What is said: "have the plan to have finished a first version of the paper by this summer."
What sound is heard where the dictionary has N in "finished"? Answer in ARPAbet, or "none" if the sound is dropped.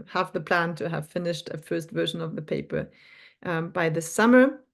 N